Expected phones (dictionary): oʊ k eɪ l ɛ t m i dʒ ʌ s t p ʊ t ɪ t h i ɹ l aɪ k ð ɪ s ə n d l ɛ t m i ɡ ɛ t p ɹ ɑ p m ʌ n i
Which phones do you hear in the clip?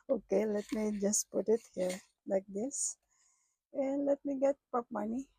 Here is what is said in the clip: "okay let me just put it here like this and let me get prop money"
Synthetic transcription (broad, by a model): oʊ k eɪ l ɛ t m i dʒ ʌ s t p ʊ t ɪ t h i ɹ l aɪ k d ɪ s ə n l ɛ t m i ɡ ɛ t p ɑ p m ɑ n i